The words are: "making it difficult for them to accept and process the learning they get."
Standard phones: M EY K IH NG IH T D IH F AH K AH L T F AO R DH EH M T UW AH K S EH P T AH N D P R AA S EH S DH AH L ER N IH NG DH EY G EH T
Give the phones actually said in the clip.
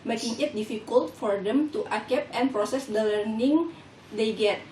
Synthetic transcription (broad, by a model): M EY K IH NG IH T D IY F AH K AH L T F AO R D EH M T UW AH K EH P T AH N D P R AA S EH S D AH L ER N IH NG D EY G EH T